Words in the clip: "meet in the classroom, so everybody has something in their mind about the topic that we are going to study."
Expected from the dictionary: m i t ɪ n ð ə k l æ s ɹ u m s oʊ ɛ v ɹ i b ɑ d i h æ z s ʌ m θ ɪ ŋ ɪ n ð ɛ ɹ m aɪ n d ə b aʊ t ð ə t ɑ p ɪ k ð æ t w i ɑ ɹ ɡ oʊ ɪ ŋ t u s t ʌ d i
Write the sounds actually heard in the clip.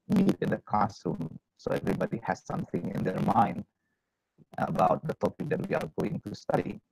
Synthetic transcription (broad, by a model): m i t ɪ n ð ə k ɑ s u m s oʊ ɛ v ɹ i b ɑ d i h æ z s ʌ m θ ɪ ŋ ɪ n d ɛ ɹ m aɪ n d ə b aʊ t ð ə t ɑ p ɪ k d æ t w i ɑ ɹ ɡ oʊ ɪ ŋ t u s t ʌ d i